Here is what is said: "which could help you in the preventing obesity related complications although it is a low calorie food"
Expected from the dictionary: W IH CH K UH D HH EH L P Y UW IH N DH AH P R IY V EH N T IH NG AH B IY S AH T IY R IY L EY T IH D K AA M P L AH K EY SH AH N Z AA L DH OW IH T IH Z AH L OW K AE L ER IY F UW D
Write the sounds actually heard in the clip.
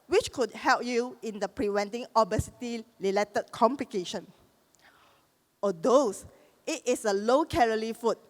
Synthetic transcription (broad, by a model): W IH CH K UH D HH EH L P Y UW IH N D AH P R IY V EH N T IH NG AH B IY S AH T IY L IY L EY T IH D K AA M P L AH K EY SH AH N AA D OW IH T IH S AH L OW K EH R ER IY F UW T